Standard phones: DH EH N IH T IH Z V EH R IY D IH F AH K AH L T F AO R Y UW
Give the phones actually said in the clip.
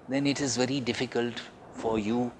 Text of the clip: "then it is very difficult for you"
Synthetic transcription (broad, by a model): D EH N IH T IH Z V EH R IY D IH F AH K AH L T F AO R Y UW